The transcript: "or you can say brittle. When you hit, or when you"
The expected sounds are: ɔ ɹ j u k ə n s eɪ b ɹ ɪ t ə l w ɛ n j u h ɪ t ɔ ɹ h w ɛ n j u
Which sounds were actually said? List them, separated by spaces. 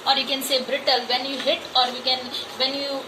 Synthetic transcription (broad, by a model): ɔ ɹ j u k ə n s eɪ b ɹ ɪ t ə l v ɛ n j u h ɪ t ɔ ɹ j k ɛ n j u